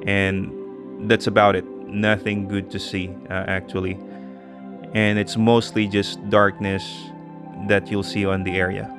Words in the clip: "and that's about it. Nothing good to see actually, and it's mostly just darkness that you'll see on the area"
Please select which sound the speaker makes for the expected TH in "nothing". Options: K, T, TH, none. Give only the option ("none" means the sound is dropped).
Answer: TH